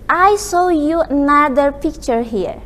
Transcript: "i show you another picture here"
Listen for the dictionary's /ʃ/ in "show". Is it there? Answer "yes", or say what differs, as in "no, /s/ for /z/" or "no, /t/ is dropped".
no, /s/ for /ʃ/